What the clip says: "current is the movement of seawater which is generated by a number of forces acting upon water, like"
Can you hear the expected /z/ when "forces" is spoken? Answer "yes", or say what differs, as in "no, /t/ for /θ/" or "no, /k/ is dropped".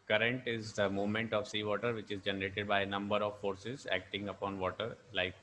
yes